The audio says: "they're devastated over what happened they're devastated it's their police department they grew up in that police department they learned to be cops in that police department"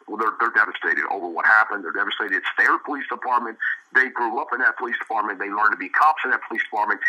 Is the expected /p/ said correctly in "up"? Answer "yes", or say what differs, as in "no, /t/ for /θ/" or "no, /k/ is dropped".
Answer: yes